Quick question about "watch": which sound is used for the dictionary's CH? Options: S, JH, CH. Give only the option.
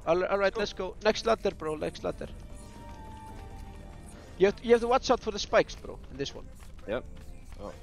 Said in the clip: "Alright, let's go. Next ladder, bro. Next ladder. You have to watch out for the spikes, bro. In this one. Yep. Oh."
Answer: S